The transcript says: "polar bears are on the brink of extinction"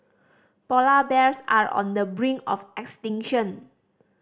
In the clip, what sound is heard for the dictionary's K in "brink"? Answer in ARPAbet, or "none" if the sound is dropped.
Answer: none